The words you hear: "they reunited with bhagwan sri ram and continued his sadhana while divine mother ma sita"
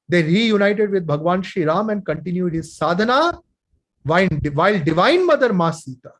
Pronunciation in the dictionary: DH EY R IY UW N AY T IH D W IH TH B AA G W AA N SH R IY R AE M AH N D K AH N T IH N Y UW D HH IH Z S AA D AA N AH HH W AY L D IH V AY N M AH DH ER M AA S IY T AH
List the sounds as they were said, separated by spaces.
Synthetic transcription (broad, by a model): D EY R IY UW N AY T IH D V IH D B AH G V AA N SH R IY R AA M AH N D K AH N T IH N Y UW D HH IH Z S AA D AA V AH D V AY L D IH V AY N M AH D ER M AA S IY T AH